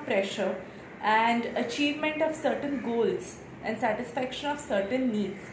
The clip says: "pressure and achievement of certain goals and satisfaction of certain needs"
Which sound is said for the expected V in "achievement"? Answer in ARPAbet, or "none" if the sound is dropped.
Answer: V